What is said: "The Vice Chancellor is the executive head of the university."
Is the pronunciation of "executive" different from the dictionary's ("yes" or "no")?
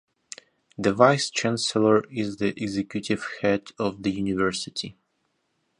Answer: no